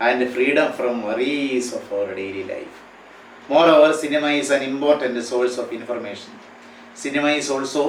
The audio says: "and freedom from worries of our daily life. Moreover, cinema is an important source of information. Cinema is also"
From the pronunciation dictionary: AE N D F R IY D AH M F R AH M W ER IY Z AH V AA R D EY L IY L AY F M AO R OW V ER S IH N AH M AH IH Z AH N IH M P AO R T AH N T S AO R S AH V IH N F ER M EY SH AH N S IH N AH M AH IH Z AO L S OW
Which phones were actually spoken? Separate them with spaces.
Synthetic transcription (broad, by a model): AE N D F R IY D AH M F R AH M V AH IY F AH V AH R D EY L IY L AY F M AO R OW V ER S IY N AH M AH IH S AH N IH M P AO R T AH N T S AO L S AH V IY N F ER M EY SH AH N S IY N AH M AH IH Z AO L S OW